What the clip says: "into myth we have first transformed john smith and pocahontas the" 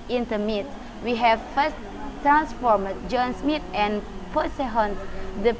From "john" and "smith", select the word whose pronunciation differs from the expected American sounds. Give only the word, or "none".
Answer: smith